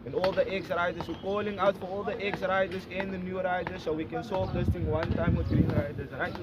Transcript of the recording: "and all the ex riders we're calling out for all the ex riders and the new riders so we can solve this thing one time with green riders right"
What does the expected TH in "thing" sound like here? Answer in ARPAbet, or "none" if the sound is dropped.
T